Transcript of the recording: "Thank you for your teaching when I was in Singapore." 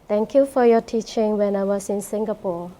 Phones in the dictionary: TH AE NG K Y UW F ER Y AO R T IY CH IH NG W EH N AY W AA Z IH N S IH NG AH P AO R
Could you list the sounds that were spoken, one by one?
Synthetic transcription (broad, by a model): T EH NG K Y UW F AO Y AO T IY CH IH NG W EH N AY W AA S IH N S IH NG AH P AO